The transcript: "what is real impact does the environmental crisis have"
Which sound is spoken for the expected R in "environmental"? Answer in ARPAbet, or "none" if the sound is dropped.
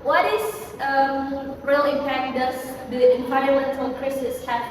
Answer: none